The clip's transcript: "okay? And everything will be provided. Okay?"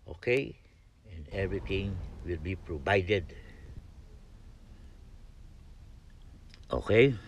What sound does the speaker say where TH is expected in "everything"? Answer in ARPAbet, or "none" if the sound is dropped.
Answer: T